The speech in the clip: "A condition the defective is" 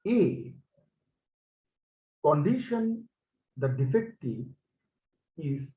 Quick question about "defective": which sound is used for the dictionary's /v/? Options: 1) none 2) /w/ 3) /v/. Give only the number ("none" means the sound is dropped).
1